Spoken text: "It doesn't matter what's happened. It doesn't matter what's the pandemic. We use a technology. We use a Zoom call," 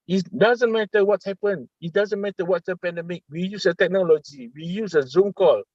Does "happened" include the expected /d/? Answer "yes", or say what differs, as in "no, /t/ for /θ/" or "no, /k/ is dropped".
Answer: no, /d/ is dropped